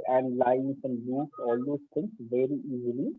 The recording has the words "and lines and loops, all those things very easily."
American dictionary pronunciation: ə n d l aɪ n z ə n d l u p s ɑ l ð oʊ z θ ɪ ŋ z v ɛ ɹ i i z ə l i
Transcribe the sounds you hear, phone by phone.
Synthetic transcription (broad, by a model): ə n d l aɪ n s ə n d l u s ɑ l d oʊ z t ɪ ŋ s v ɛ ɹ i i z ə l i